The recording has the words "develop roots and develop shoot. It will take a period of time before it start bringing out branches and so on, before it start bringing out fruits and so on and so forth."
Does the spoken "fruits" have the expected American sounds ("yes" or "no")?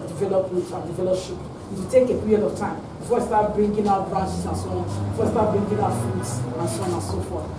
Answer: no